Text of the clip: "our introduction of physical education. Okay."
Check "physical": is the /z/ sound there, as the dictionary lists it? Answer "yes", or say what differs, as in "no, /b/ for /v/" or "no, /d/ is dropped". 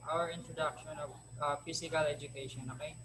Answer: no, /s/ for /z/